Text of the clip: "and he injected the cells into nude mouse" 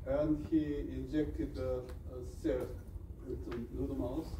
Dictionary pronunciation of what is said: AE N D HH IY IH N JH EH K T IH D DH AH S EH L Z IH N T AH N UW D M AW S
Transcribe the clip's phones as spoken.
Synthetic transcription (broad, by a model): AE N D HH IY IH N JH EH K T IH D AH S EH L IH T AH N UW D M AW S